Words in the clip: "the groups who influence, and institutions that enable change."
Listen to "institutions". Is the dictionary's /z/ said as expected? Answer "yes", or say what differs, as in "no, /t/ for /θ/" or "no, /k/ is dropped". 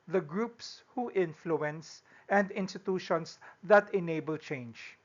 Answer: no, /s/ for /z/